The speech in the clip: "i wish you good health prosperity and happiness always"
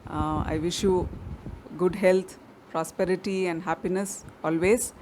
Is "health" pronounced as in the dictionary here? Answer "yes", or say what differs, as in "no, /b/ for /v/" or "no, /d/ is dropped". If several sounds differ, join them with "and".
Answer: no, /t/ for /θ/